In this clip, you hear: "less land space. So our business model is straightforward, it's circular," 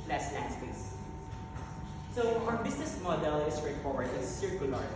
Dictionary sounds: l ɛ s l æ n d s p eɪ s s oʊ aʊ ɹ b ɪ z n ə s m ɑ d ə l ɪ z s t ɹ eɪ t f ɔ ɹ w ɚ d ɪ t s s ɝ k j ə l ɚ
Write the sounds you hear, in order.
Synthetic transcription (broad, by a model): l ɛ s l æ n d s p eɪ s s oʊ aʊ ɹ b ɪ s n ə s m ɑ d ə l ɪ s t ɹ eɪ t f ɔ ɹ w ɚ d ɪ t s s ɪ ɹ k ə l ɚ